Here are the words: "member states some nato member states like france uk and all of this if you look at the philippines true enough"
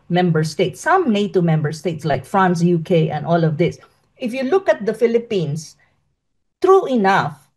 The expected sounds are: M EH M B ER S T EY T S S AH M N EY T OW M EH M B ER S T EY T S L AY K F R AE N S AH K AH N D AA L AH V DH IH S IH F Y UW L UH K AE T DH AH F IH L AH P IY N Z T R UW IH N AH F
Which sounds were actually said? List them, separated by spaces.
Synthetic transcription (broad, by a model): M EH M B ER S T EY T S S AH M N EY T OW M EH M B ER S T EY T S L AY K F R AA N S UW K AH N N AA L AH V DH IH S IH F Y UW L UH K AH T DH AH F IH L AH P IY N S T R UW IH N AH F